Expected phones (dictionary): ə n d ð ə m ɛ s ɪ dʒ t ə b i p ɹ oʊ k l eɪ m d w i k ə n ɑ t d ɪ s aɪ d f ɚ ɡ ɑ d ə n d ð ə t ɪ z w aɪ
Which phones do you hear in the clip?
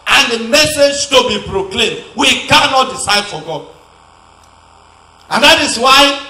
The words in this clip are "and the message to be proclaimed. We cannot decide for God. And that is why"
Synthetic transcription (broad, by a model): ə n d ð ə m ɛ s ɪ dʒ t ə b i p ɹ oʊ k l eɪ m d w i k ə n ɑ t d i s aɪ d f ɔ ɡ ɑ d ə n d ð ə t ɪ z w aɪ